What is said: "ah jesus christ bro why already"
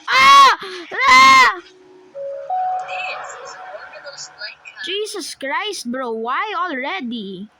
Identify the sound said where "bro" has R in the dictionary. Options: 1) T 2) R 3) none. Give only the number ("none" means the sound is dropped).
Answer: 2